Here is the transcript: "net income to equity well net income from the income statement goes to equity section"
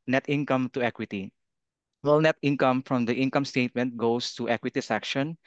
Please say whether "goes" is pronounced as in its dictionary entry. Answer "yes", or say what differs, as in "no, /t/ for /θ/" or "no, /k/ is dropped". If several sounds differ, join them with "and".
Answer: no, /s/ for /z/